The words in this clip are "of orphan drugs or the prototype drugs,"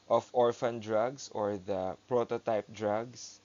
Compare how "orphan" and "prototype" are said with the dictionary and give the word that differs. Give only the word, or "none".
none